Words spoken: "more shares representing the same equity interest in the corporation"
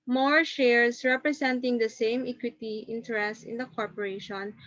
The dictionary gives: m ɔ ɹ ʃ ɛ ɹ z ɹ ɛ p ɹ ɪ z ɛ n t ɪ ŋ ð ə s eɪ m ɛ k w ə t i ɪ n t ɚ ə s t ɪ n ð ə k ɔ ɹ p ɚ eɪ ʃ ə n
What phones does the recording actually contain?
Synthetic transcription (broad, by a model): m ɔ ɹ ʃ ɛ ɹ s ɹ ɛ p ɹ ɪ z ɛ n t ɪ ŋ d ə s eɪ m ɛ k w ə t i ɪ n t ɚ ə s t ɪ n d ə k ɔ ɹ p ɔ eɪ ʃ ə n